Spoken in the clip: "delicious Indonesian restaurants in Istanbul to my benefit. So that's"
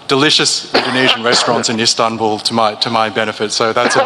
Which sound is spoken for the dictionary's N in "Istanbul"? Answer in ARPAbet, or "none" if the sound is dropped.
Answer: N